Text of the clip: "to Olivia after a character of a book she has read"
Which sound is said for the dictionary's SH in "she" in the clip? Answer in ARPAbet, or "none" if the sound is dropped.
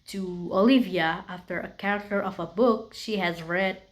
SH